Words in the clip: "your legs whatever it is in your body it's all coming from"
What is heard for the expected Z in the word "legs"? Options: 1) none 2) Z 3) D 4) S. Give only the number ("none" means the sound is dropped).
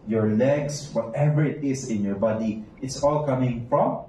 4